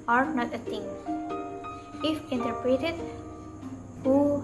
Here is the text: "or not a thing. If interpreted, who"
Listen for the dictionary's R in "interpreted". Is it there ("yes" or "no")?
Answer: yes